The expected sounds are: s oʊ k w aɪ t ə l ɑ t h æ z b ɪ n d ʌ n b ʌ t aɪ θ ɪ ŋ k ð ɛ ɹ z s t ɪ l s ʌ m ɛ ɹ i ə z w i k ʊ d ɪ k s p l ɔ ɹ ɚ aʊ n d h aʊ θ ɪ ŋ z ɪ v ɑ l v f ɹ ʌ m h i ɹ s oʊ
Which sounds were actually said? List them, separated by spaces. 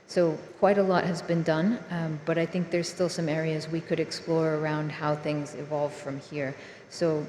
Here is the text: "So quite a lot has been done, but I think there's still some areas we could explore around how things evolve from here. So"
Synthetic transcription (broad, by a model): s oʊ k w aɪ t ə l ɑ t h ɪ z b ɪ n d ʌ n b ʌ t aɪ θ ɪ ŋ k ð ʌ ɹ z s t ɪ l s ʌ m ɛ ɹ i ə z w i k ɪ d ɪ k s p l ɔ ɹ ɚ aʊ n d h aʊ θ ɪ ŋ z ɪ v ɑ l v f ɹ ʌ m h i ɹ s oʊ